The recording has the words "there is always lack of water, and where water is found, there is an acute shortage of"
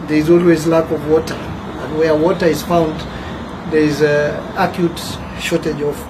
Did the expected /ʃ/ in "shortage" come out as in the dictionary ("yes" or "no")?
yes